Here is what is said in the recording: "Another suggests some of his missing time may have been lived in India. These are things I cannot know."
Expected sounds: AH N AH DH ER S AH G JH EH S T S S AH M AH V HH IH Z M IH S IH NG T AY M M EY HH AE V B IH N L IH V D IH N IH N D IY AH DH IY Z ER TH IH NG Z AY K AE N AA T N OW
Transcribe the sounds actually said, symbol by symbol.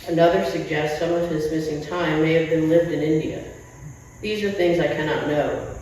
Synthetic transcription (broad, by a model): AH N AH DH ER S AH G JH EH S T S S AH M AH V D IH S M IH S IH NG T AY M M EY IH V B IH N L IH V D IH N IH N D IY AH DH IY Z ER TH IH NG Z AY K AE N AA T N OW